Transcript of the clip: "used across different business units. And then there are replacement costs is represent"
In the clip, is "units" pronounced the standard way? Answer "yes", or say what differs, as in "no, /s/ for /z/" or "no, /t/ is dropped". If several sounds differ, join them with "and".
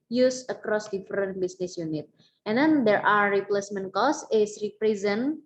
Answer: no, /s/ is dropped